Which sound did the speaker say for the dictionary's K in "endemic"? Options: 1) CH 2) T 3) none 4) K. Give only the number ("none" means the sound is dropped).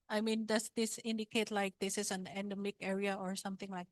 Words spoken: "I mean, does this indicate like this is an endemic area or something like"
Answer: 4